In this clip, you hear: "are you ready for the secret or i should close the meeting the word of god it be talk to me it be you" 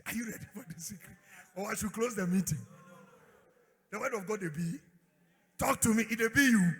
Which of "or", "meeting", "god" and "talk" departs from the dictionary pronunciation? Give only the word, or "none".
or